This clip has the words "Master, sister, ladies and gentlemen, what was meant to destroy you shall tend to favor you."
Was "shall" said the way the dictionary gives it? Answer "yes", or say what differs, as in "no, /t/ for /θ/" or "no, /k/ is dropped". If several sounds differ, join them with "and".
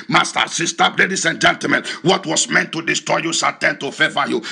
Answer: no, /s/ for /ʃ/